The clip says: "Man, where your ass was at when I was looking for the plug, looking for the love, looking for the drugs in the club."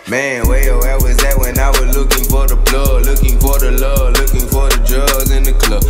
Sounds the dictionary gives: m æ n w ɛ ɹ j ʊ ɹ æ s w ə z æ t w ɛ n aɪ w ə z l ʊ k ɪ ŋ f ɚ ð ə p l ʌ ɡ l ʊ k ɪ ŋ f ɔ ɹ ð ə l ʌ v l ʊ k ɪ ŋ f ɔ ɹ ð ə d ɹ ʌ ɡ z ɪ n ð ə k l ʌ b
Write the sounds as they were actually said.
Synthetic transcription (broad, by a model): m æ n w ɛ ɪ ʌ w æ w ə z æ t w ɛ n aɪ w ə z l ʊ k ɪ ŋ f ɚ ð ə b l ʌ l ʊ k ɪ ŋ f ɔ ɹ ð ə l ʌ l ʊ k ɪ ŋ f ɔ ɹ ð ə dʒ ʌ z ɪ n ð ə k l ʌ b